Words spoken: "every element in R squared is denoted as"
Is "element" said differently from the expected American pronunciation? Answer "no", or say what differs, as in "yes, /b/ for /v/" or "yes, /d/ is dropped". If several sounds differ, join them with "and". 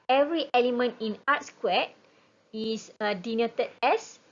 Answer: no